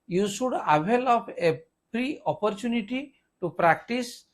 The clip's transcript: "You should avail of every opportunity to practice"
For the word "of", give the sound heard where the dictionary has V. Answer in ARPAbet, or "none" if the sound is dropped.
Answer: P